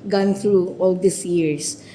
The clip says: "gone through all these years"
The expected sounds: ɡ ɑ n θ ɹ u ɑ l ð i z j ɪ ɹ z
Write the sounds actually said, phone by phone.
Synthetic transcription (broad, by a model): ɡ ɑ n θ ɹ u ɑ l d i s j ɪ ɹ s